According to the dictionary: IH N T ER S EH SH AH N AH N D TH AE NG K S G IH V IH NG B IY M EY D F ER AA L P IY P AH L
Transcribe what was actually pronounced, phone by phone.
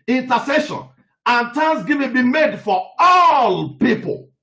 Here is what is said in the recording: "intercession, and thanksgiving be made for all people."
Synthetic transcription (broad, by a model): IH N T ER S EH SH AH N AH N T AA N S G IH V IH B IY M EY D F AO AA L P IY P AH L